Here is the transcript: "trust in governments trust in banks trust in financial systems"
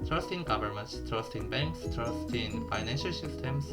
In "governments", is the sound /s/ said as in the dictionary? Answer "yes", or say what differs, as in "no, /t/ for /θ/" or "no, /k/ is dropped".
yes